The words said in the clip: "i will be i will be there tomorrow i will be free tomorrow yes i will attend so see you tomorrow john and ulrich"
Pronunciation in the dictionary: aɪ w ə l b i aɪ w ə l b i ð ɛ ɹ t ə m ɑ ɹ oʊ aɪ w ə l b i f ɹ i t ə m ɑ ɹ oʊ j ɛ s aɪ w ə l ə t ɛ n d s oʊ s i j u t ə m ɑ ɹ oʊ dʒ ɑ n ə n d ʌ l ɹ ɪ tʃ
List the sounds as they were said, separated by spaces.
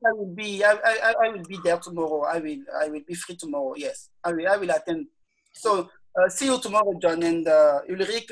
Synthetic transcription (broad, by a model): aɪ w ə l b i aɪ w ə l b i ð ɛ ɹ t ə m ɑ ɹ oʊ aɪ w ə l b i f ɹ i t ə m ɑ ɹ oʊ j ɛ s aɪ w ə l ə t ɛ n d s oʊ s i j u t ə m ɑ ɹ oʊ dʒ ɑ n ə n d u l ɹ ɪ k